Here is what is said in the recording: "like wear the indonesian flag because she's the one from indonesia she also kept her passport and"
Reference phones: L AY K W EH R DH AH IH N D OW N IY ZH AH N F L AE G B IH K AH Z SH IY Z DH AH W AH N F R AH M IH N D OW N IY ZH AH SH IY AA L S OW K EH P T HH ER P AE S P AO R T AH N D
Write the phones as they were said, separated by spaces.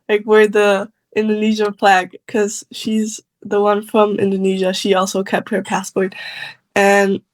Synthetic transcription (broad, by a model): L AY K W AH R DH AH IH N D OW N IY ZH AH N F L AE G K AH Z SH IY Z DH AH W AH N F R AH M IH N D OW N IY ZH AH SH IY AA L S OW K EH P T HH ER P AE S P AO R T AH N